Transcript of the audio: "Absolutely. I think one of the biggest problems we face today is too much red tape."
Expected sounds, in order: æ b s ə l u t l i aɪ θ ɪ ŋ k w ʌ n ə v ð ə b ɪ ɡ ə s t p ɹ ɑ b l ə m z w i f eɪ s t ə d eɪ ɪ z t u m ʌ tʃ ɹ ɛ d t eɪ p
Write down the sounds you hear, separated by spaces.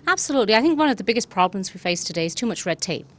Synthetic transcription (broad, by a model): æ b s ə l u t l i aɪ θ ɪ ŋ k w ʌ n ə v ð ə b ɪ ɡ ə s p ɹ ɑ b l ə m z w i f eɪ s t ə d eɪ ɪ z t u m ʌ tʃ ɹ ɛ d t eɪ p